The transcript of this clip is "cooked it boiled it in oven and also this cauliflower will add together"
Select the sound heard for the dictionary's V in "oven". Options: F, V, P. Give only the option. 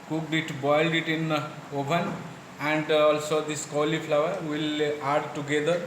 P